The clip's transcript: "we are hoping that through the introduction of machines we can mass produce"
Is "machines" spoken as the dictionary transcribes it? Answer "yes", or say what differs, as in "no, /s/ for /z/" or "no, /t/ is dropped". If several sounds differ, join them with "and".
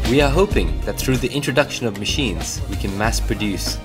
yes